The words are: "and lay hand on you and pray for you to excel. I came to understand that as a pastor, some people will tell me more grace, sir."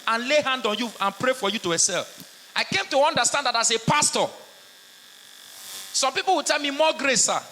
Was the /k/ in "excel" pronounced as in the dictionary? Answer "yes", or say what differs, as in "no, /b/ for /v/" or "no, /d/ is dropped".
no, /k/ is dropped